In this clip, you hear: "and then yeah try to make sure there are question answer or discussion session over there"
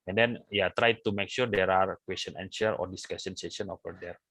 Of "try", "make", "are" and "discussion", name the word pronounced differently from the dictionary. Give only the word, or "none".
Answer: discussion